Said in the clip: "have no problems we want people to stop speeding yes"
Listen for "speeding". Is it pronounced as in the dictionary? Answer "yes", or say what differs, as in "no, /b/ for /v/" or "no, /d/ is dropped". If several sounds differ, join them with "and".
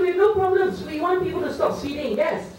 no, /p/ is dropped